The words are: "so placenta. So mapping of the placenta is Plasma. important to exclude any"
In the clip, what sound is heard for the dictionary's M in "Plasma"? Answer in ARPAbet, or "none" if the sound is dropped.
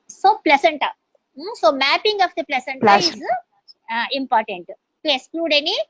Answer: none